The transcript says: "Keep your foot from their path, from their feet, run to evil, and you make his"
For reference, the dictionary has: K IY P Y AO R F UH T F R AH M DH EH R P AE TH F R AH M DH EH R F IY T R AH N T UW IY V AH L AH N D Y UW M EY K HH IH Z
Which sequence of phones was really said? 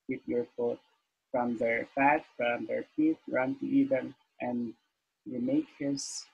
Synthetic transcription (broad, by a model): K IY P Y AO R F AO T F R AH M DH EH R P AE T F R AH M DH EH R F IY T R AH N T UW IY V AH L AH N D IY M EY K HH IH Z